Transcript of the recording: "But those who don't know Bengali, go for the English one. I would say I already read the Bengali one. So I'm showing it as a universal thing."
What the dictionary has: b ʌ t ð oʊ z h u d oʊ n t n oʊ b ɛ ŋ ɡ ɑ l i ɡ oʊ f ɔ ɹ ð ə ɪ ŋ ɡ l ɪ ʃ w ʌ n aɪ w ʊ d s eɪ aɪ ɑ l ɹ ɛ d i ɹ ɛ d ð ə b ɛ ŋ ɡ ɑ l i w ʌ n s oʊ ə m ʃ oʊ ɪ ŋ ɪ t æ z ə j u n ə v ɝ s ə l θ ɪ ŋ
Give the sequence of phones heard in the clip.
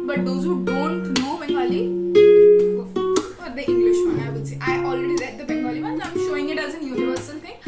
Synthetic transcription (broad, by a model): b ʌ t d oʊ z h u d oʊ n t n oʊ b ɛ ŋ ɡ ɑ l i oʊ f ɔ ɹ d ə ɪ ŋ ɡ l ɪ ʃ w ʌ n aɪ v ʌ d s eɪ aɪ ɑ l ɹ ɛ d i ɹ ɛ d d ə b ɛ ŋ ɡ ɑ l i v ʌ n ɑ ə m ʃ oʊ ɪ ŋ ɪ t æ z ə j u n ə v ɝ s ə l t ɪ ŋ